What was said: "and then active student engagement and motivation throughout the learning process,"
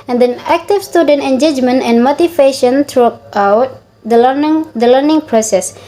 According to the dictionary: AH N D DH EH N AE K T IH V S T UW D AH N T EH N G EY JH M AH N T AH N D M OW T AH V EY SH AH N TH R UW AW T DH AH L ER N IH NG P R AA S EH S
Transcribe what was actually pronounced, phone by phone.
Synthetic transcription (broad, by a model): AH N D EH N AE K T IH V S T UW D AH N T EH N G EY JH M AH N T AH N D M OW T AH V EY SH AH N T R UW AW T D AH L ER N IH NG P R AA S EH S